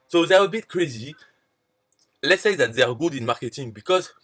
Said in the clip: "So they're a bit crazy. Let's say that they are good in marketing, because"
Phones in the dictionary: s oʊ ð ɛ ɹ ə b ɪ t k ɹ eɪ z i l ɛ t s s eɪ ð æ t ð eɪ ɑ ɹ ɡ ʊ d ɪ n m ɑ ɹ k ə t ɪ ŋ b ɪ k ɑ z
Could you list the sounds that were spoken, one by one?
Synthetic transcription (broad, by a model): s oʊ ð ɛ ɹ ə b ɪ t k ɹ eɪ z i l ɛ t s s eɪ ð æ t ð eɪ ɑ ɹ ɡ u d ɪ n m ɑ ɹ k ə t ɪ ŋ b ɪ k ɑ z